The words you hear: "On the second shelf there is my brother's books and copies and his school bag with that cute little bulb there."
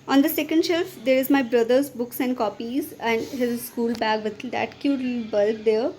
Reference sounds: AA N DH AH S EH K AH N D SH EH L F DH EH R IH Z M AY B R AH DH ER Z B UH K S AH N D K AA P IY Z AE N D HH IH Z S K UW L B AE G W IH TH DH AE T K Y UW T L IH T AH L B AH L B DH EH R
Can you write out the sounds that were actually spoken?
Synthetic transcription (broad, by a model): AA N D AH S EH K AH N D SH EH L F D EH R IH Z M AY B R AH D ER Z B UH K S AH N D K AA P IY Z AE N D HH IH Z S K UW L B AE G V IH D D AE T K Y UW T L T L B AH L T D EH R